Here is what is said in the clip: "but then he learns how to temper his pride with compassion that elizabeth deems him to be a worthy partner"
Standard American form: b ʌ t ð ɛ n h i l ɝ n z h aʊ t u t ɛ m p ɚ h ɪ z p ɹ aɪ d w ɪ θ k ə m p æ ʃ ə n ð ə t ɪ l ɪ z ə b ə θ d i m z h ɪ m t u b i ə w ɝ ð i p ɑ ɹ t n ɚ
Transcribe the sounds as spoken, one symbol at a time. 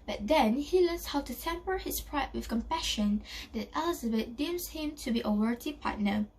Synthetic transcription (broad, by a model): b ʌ t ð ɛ n h i l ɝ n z h aʊ t u t ɛ m p ɚ h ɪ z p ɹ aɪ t w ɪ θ k ə m p æ ʃ ə n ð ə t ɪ l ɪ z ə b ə t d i m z h ɪ m t u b i ə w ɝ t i p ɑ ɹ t n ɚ